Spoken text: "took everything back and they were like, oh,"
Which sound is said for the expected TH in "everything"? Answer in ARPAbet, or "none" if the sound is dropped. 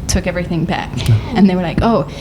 TH